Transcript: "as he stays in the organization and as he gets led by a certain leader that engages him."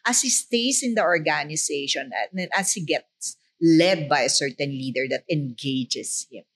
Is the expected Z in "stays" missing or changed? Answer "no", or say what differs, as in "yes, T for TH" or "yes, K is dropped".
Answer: yes, S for Z